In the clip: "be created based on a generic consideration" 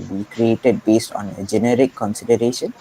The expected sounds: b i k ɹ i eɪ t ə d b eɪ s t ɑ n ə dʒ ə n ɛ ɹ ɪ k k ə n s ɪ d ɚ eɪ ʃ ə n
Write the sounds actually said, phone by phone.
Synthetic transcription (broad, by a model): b i k ɹ i eɪ t ə d b eɪ s t ɑ n ə dʒ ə n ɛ ɹ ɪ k k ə n s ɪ d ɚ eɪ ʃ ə n